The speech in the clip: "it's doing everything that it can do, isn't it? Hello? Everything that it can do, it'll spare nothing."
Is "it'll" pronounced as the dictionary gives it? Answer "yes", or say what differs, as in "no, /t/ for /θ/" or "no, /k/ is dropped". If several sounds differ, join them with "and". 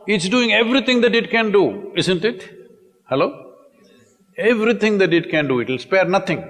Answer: yes